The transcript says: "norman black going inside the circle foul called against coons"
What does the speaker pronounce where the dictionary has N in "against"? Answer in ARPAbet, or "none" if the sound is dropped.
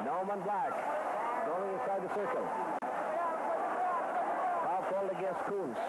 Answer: none